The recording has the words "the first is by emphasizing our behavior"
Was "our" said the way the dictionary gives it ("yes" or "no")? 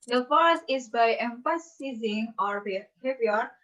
yes